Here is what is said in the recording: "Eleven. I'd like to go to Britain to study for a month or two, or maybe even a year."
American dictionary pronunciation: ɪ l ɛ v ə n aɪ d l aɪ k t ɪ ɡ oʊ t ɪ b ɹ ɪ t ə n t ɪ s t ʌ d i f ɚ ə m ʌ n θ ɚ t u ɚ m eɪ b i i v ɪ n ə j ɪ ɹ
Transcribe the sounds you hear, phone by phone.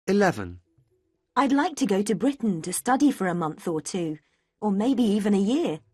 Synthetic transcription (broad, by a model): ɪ l ɛ v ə n aɪ d l aɪ k t ɪ ɡ oʊ t ɪ b ɹ ɪ t n t ɪ s t ʌ d i f ɚ ə m ʌ n θ ɚ t u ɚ m eɪ b i i v ɪ n ə j ɪ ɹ